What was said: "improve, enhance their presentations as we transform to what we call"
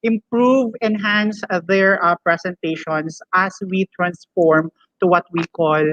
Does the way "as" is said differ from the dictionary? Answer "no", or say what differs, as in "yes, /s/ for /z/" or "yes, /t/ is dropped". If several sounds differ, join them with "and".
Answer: yes, /s/ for /z/